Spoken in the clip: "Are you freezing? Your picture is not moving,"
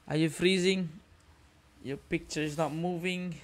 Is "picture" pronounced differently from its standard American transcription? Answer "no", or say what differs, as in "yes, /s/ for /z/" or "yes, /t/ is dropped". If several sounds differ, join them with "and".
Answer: no